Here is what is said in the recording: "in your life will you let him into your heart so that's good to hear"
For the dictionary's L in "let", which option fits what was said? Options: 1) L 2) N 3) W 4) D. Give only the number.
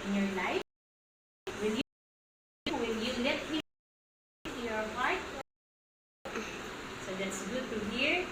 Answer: 3